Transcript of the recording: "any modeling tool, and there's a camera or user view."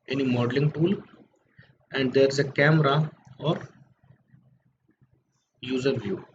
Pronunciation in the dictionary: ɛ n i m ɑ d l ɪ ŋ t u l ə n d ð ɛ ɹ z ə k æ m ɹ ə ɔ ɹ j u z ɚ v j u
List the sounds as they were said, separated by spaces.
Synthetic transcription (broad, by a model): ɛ n i m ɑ d l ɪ ŋ t u l ə n d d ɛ ɹ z ə k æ m ɹ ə ɔ ɹ j u z ɚ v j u